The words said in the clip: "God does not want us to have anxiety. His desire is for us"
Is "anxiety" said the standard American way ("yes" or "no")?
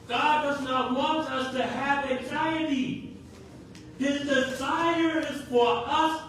yes